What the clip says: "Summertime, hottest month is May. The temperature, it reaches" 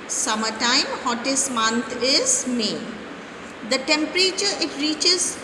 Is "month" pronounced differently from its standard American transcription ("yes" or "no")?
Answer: yes